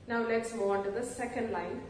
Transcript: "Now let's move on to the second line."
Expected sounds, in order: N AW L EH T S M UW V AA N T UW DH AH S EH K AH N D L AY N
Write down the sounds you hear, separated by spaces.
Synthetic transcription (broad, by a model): N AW L EH T S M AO AA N T UW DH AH S EH K AH N D L AY N